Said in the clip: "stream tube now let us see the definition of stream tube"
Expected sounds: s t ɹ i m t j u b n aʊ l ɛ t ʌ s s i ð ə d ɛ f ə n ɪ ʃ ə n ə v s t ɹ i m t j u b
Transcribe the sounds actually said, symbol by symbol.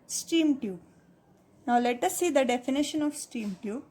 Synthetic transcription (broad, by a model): s t i m t j u n aʊ l ɛ t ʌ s s i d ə d ɛ f ə n ɪ ʃ ə n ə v s t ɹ i m t j u